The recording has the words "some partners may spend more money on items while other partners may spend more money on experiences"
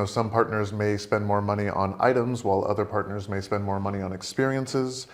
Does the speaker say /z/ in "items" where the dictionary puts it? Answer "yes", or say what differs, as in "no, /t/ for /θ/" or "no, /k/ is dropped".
yes